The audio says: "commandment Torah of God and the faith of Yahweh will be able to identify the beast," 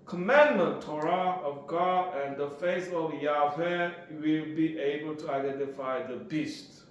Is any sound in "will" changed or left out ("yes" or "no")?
no